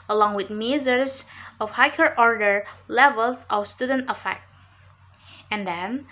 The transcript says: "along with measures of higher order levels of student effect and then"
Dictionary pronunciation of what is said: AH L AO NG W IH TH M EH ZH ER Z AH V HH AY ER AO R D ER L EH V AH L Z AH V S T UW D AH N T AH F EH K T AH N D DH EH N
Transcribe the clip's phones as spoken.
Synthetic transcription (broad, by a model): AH L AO NG W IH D M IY Z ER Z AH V HH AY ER AO R D ER L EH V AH L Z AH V S T UW D AH N T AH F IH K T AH N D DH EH N